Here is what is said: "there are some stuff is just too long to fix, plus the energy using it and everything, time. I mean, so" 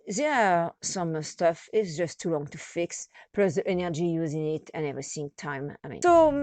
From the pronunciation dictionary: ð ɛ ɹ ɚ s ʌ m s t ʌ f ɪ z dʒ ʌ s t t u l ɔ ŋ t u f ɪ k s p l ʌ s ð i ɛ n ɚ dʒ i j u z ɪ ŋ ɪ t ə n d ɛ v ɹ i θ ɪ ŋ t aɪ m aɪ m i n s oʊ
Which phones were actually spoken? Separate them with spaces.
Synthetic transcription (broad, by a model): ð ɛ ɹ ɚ s ʌ m s t ʌ f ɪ s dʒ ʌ s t t u l ɔ ŋ t u f ɪ k s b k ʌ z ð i ɛ n ɚ dʒ i j u z ɪ ŋ ɪ t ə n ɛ v ɹ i s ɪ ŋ t aɪ m aɪ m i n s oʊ